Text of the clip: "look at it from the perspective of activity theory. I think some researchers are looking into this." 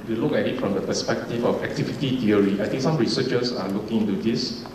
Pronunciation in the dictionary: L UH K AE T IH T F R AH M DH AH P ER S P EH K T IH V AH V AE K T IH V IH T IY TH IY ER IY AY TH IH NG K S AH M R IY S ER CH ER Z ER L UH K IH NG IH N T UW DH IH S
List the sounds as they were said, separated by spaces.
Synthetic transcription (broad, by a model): L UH K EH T IH T F R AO M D AH P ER S P EH K T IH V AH F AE K T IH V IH T IY T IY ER IY AY T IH NG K S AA M R IY S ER CH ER S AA L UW K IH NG IH N T UW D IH S